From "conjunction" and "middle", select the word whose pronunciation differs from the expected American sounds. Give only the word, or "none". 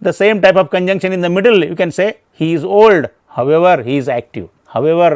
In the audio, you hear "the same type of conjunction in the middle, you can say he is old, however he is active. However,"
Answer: none